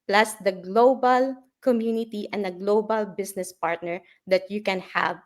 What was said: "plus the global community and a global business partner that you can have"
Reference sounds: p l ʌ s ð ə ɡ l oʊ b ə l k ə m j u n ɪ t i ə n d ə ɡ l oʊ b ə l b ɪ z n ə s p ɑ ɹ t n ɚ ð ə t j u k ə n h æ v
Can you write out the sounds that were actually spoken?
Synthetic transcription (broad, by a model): p l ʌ s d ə ɡ l oʊ b ə l k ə m j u n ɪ t i ə n d ə ɡ l oʊ b ə l b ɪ s n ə s p ɑ ɹ t n ɚ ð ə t j u k ə n h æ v